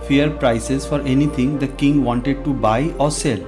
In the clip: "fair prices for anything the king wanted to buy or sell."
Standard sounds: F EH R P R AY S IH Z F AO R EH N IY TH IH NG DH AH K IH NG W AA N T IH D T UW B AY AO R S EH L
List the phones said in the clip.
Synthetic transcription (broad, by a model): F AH R P R AY S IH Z F AO R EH N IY T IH NG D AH K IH NG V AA N T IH D T UW B AY AO R S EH L